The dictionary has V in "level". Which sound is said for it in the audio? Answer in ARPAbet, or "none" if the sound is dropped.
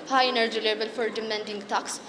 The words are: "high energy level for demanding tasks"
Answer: B